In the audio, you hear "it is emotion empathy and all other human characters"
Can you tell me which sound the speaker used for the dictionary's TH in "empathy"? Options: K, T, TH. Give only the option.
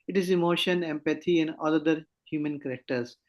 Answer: T